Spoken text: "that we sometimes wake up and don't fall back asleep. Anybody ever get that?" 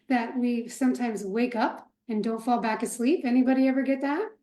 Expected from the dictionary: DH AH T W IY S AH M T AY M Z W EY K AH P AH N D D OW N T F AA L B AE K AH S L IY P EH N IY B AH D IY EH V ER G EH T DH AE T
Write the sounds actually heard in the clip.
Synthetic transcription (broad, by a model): DH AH T W IY S AH M T AY M Z W EY K AH P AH N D D OW N T F AA L B AE K AH S L IY P EH N IY B AH D IY EH V ER G EH T DH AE T